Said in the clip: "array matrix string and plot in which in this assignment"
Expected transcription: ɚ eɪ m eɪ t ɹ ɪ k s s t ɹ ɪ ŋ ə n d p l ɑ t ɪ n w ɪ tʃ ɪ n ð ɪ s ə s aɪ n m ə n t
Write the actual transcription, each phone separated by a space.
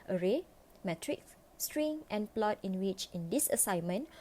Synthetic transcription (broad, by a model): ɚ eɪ m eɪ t ɹ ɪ k s s t ɹ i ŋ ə n p l ɑ t ɪ n w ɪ tʃ ɪ n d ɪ s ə s aɪ n m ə n